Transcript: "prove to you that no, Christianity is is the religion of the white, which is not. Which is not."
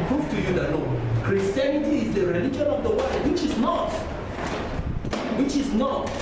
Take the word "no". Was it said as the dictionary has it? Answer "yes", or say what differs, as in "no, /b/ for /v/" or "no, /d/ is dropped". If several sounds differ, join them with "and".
no, /l/ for /n/